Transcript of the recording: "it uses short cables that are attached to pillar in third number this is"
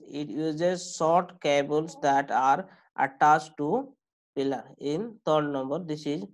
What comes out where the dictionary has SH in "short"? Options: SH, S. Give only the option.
S